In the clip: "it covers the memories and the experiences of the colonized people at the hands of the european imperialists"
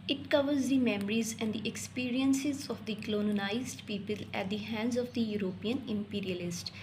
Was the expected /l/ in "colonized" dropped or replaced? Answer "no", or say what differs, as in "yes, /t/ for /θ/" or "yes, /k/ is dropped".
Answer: yes, /n/ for /l/